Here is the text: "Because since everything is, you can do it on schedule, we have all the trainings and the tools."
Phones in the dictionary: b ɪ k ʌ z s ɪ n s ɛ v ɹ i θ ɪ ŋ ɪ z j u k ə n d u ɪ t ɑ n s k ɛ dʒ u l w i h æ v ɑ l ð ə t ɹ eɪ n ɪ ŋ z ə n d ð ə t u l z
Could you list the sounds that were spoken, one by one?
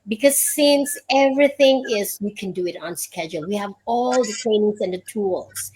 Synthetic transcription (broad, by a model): b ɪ k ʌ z s ɪ n s ɛ v ɹ i θ ɪ ŋ ɪ z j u k ə n d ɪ ɪ t n s k ɛ dʒ u l w i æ v ɑ l ð ə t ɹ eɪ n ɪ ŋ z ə n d ð ə t u l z